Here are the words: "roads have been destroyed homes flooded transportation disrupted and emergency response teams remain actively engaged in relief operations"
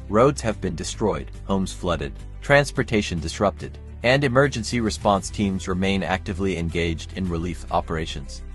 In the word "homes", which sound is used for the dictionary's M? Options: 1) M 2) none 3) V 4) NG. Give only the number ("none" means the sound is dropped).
1